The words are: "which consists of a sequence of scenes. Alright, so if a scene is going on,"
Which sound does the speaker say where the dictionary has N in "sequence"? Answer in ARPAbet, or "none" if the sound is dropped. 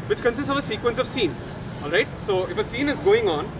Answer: N